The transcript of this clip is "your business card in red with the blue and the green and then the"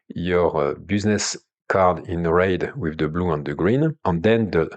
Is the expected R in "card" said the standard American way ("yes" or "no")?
yes